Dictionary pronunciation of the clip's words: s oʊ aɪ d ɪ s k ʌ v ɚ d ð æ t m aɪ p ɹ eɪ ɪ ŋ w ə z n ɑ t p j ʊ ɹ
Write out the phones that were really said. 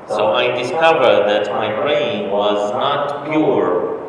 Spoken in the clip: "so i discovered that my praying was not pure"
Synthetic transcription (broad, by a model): s oʊ aɪ d ɪ s k ʌ v ɚ d ð æ t m aɪ b ɹ eɪ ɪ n w ə z n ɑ t p j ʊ ɹ